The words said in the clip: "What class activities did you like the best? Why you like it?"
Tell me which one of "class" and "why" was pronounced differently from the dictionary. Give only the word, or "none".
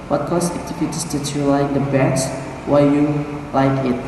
class